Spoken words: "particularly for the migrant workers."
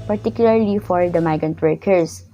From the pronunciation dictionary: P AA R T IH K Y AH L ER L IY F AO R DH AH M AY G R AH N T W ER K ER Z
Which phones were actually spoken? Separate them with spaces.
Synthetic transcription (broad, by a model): P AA R T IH K Y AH L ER L IY F AO R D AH M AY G AH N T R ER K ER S